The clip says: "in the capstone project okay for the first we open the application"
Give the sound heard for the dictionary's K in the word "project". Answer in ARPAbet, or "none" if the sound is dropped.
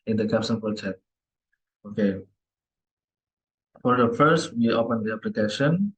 none